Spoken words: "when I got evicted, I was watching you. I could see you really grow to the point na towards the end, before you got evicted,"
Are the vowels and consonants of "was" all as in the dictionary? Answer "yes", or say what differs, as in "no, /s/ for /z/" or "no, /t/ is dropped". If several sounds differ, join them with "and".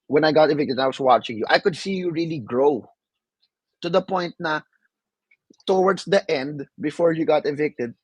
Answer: no, /s/ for /z/